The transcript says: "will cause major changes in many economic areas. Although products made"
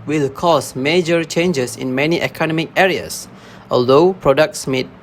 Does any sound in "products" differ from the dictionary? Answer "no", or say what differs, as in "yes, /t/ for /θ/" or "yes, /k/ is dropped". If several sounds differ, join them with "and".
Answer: no